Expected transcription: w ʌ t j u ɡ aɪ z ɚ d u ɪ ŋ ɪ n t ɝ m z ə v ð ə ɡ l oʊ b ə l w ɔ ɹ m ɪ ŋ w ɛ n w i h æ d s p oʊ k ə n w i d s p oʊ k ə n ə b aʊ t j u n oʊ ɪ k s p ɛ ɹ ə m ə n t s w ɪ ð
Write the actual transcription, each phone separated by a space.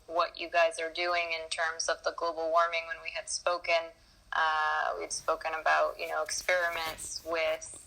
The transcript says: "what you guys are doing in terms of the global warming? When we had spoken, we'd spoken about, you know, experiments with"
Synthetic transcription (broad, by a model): w ʌ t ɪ ɡ aɪ z ɚ d u ɪ ŋ ɪ n t ɝ m z ə v ð ə ɡ l oʊ b l w ɔ ɹ m ɪ ŋ w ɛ n w i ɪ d s p oʊ k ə n w i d s p oʊ k ə n ə b aʊ t j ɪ n oʊ ɪ k s p ɛ ɹ ə m ə n t s w ɪ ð